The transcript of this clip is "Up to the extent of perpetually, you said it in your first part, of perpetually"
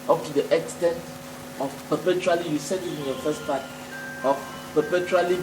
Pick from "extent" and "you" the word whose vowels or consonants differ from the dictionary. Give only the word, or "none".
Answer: none